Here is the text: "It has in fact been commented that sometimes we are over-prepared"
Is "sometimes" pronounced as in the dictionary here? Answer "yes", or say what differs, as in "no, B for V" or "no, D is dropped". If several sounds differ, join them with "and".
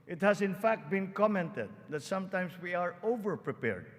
no, S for Z